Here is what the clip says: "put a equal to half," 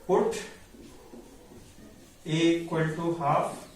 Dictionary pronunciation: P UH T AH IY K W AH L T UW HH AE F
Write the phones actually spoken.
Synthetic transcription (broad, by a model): P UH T AH K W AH N T UW HH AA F